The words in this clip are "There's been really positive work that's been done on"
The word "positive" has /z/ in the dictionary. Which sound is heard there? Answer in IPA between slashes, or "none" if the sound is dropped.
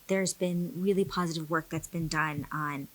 /z/